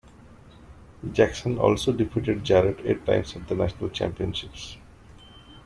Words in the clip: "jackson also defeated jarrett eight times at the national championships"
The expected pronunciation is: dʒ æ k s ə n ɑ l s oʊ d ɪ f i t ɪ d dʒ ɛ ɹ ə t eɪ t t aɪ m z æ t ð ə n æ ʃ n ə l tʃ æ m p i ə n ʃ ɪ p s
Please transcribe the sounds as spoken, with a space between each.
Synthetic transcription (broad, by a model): dʒ æ k s ə n ɑ l s oʊ d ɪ p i t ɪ d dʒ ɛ ɹ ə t eɪ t t aɪ m s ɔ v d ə n æ ʃ n ə l tʃ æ m p i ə n ʃ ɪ p s